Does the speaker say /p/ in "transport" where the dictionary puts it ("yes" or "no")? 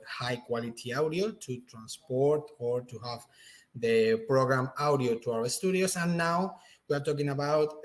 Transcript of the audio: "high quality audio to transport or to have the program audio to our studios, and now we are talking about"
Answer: yes